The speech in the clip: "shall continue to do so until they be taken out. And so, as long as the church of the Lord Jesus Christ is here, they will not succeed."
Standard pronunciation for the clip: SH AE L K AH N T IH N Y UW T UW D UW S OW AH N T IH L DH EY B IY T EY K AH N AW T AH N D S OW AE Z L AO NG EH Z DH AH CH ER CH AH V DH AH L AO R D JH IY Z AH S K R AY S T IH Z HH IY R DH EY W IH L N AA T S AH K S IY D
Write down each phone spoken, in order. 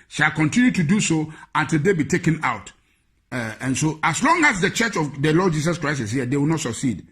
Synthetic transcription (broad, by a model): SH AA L K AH N T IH N Y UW T UW D UW S OW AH N T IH L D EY B IY T EY K AH N AW T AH N S OW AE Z L AO NG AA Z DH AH CH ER CH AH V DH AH L AO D JH IY S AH S K R AY S IH S HH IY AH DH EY W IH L N AA T S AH K S IY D